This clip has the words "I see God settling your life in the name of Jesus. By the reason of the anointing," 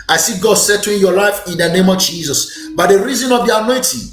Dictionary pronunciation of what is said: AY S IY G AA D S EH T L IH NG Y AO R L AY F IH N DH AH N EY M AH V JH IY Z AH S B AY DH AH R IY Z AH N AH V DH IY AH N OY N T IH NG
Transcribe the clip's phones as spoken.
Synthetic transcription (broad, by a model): AY S IY G AA D S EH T IH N Y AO L AY F IH N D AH N EY M AH V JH IY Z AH S B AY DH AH R IY Z AH N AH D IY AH N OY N T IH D